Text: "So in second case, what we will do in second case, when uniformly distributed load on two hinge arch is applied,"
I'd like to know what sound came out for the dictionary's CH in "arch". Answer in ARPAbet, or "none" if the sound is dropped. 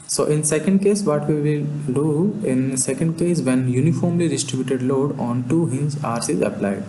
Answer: S